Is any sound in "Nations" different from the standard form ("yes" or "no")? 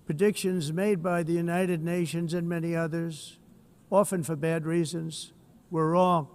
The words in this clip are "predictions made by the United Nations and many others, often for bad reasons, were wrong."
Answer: no